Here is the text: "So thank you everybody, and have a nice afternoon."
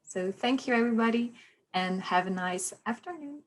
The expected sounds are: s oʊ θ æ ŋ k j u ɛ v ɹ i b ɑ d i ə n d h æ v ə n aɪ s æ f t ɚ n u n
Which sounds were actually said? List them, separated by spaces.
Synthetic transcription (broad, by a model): s oʊ θ æ ŋ k j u ɛ v ɹ i b ɑ d i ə n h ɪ v ə n aɪ s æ f t ɚ n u n